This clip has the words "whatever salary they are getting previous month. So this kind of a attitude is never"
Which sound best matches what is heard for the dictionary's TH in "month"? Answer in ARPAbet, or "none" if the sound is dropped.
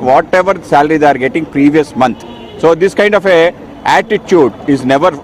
T